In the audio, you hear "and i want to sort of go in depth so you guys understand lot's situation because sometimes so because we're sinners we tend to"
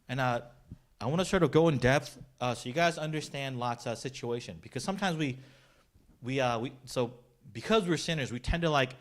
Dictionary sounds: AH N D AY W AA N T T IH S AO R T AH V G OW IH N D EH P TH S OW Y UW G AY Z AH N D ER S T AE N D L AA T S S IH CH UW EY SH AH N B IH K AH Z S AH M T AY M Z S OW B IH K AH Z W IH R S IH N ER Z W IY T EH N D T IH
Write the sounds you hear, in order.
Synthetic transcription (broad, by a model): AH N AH AY W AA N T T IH S AO R T AH V G OW IH N D EH P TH S OW Y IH G AY Z AH N D ER S T AE N D L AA T S S IH CH UW EY SH AH N B IH K AH Z S AH M T AY M Z S OW B IH K AH Z W IH R S IH N ER Z W IY T EH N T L IH